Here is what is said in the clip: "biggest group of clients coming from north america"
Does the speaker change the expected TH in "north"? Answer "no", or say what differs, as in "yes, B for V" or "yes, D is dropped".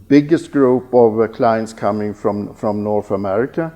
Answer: no